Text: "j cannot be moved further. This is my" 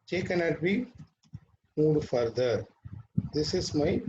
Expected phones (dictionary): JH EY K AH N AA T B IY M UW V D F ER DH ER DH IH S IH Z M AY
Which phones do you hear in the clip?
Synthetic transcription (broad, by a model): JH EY K AH N AA T B IY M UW D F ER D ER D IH S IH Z M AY